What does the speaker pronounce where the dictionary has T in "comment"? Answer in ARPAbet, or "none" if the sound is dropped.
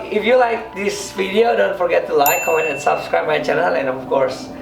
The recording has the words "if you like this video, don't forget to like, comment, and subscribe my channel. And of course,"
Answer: none